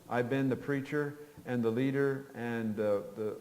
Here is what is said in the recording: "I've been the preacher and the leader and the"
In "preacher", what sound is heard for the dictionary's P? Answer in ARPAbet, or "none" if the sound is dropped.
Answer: P